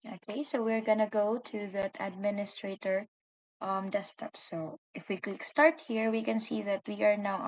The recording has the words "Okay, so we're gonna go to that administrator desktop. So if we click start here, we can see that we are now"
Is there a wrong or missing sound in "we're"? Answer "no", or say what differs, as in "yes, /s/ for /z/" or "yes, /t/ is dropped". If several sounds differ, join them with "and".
no